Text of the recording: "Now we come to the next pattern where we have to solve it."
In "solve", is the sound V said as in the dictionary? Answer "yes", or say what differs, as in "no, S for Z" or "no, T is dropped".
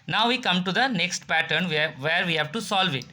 yes